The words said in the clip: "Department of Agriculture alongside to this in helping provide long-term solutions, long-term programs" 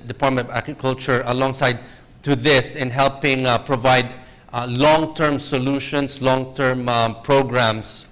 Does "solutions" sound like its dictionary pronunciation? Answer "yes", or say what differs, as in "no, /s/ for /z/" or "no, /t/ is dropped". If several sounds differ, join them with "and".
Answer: no, /s/ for /z/